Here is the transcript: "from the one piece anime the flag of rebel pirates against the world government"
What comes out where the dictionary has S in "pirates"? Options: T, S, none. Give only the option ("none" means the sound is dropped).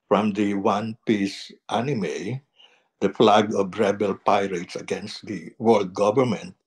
S